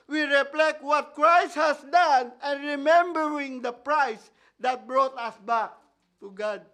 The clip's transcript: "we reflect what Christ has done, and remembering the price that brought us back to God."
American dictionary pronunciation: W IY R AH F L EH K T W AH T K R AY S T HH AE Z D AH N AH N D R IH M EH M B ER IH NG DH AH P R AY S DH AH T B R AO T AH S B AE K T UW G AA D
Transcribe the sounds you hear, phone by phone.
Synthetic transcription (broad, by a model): W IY R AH P L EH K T W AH T K R AY S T HH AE S D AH N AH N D R IH M EH M B ER IH NG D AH P R AY S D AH T B R AO T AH S B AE K T UW G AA D